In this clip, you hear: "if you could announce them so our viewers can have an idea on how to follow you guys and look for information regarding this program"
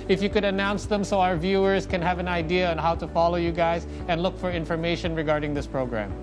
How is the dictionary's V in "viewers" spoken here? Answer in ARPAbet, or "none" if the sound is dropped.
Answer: V